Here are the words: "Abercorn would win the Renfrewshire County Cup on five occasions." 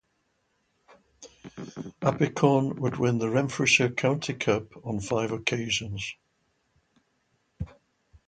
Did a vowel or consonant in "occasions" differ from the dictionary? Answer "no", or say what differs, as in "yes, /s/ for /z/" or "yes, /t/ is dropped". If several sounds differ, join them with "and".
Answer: no